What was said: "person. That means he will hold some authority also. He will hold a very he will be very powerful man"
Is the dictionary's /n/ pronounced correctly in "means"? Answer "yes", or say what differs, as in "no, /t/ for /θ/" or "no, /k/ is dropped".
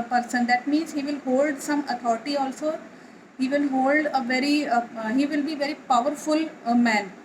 yes